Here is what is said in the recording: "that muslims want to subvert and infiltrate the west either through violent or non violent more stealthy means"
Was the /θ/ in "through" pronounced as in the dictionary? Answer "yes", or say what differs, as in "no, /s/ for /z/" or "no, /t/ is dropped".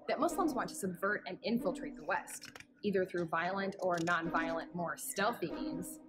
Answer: yes